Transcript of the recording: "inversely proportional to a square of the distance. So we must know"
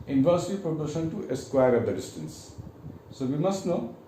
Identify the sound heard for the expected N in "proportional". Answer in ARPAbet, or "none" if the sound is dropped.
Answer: none